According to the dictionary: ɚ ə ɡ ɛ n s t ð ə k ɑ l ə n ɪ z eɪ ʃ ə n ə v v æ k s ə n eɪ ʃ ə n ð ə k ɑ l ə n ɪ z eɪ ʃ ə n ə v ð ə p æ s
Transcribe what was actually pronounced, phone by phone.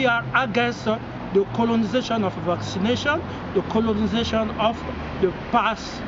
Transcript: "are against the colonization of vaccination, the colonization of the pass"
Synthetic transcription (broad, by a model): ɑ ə ɡ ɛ n s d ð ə k ɑ l ə n ɪ z eɪ ʃ ə n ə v v æ k s ə n eɪ ʃ ə n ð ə k ɑ l ə n ɪ z eɪ ʃ ə n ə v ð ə p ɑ s